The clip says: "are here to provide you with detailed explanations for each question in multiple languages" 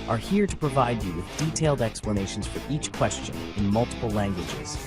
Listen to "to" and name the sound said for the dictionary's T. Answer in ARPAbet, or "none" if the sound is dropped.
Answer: T